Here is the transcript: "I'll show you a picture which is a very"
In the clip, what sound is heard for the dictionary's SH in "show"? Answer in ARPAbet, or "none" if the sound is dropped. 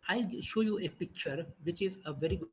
SH